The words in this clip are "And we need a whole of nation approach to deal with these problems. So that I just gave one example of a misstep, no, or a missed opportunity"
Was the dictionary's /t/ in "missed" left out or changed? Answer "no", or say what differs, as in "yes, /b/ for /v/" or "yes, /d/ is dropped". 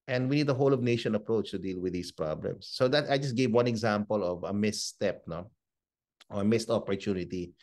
no